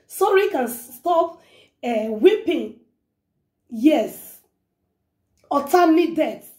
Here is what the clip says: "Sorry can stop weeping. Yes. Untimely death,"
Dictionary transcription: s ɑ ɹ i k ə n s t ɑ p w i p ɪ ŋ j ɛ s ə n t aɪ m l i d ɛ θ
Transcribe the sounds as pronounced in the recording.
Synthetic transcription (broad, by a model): s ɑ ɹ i k ə n s t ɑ p w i p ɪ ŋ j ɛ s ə t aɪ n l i d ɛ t